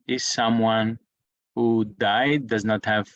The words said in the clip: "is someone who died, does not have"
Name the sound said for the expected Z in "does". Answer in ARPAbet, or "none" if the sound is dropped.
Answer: Z